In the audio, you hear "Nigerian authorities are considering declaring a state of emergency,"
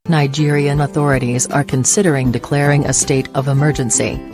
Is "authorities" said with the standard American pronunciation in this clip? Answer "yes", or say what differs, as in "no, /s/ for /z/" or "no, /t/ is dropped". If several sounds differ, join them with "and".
yes